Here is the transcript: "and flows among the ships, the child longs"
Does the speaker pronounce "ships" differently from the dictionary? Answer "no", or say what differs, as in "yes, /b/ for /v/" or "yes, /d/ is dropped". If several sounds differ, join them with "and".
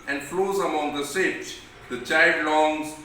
yes, /s/ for /ʃ/